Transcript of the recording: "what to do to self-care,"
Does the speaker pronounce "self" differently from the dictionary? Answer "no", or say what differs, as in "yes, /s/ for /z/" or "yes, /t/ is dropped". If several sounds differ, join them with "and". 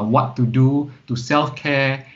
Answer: no